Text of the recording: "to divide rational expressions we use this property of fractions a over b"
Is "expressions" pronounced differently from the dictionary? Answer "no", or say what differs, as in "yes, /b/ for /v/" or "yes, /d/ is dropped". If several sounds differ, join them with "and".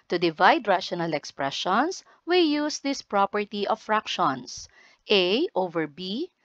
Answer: yes, /s/ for /z/